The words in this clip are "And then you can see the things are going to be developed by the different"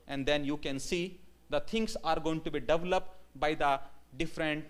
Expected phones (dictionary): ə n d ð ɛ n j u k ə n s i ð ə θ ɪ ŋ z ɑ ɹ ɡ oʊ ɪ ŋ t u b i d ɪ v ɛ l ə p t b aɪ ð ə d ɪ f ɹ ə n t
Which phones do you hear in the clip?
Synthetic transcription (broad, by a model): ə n d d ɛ n j u k ə n s i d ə t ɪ ŋ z ɑ ɹ ɡ oʊ ɪ ŋ t u b i d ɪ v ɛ l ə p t b aɪ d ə d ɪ f ɹ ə n t